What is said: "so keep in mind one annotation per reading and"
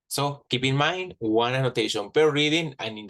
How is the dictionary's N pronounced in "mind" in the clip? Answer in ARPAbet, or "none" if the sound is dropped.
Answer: N